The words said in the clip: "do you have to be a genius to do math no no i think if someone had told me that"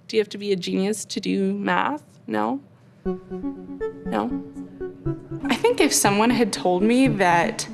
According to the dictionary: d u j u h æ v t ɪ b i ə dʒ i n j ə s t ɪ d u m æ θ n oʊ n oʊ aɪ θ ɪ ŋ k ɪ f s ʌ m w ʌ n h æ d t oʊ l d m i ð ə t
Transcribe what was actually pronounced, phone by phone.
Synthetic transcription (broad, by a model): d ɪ j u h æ f t ɪ b i ə dʒ i n j ə s t ɪ d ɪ m æ θ n oʊ n oʊ aɪ θ ɪ ŋ k ɪ f s ʌ m w ʌ n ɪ d t oʊ l d m i ð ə t